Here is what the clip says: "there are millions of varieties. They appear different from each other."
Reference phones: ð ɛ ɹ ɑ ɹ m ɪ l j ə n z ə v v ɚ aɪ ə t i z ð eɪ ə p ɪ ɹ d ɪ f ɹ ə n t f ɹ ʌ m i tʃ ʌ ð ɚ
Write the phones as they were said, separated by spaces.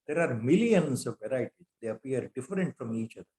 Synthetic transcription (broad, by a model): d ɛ ɹ ɑ ɹ m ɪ l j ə n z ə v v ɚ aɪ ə t i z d eɪ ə p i ɹ d ɪ f ɹ ə n t f ɹ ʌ m i tʃ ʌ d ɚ